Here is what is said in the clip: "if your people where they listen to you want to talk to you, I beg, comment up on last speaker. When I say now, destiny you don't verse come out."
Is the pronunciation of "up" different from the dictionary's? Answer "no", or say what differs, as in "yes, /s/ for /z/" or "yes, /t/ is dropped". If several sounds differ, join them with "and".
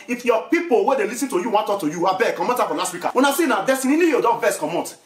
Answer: yes, /f/ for /p/